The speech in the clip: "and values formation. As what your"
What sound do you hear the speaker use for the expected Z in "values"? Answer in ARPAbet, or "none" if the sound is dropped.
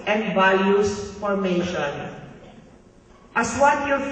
S